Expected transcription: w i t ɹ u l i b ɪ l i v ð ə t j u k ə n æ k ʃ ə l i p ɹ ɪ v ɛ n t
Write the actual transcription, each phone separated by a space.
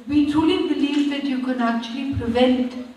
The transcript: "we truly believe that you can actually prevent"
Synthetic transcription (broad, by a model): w i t u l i b ɪ l i v ð ə t j u k ə n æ k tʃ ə l i p ɹ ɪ v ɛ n t